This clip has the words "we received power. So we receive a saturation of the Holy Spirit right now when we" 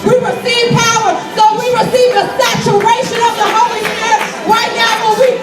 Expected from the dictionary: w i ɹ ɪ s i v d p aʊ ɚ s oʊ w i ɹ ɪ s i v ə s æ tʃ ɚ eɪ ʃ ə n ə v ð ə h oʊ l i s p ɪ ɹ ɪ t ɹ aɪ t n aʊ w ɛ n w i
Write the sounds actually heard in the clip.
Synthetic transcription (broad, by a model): w i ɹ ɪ s i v p aʊ ɚ s oʊ w i ɹ ɪ s i v ə s æ tʃ ɚ eɪ ʃ ə n ə v ð ə h oʊ l i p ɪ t ɹ aɪ t n aʊ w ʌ l w i